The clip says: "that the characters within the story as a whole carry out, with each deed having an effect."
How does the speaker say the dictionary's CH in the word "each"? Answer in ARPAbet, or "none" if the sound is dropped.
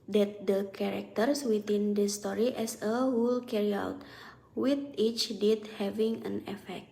CH